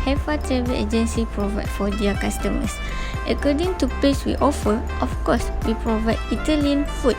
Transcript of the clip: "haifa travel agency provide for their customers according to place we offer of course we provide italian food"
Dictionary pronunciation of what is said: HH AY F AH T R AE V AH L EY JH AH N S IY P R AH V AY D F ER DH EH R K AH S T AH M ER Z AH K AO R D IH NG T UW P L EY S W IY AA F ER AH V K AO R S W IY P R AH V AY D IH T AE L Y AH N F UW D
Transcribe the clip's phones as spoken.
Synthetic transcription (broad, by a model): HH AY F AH T R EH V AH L EY JH AH N S IY P R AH V AY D F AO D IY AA K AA S T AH M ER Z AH K AO D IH NG T UW P EY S W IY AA F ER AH F K AO S W IY P R AH V AY D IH T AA L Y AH N F UW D